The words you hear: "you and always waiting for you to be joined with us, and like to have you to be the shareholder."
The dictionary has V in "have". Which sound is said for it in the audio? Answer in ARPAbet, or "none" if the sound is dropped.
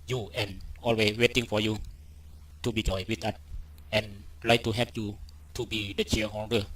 P